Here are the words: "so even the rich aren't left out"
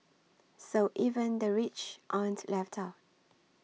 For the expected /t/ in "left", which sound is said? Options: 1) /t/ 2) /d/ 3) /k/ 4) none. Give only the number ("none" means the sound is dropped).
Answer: 1